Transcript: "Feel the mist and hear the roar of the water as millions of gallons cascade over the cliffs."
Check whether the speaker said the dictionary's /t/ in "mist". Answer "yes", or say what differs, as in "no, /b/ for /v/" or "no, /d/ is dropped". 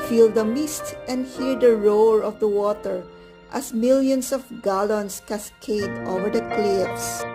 yes